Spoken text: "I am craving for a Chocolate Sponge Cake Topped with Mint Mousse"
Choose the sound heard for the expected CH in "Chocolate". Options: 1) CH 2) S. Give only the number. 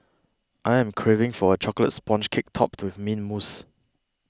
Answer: 1